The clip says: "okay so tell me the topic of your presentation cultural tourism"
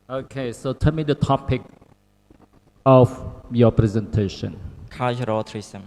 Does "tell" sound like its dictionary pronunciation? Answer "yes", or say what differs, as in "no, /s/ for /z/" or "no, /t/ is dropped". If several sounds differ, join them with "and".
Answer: no, /n/ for /l/